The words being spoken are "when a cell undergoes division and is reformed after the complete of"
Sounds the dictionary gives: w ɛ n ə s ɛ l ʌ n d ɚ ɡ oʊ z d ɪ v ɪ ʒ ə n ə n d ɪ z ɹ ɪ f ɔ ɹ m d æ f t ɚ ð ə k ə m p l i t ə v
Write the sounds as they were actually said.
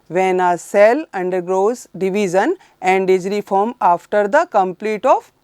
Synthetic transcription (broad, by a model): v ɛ n ə s ɛ l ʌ n d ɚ ɡ oʊ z d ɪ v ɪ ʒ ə n ə n d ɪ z ɹ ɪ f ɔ ɹ m ɑ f t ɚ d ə k ə m p l i t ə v